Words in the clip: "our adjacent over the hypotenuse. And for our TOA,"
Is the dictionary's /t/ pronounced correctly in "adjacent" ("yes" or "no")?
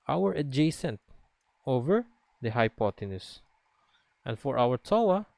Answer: yes